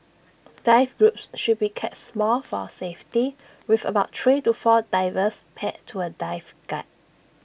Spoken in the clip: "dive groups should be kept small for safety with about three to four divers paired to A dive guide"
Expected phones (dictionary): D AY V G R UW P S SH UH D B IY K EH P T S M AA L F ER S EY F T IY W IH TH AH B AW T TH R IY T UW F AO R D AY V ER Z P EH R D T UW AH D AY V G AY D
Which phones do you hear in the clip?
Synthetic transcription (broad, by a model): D AY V G R UW P S SH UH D B IY K EH T S M AA L F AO S EY F T IY W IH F AH B AW T T R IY T UW F AO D AY V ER S P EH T T UW AH D AY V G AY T